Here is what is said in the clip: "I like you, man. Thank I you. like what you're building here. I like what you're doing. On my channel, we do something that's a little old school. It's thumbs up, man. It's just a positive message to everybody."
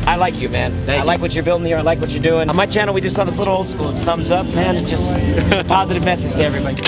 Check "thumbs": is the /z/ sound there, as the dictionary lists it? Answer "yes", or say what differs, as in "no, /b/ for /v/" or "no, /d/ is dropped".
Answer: yes